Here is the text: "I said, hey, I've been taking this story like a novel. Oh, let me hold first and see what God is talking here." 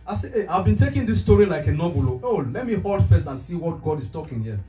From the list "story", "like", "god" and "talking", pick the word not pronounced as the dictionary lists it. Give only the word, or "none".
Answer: none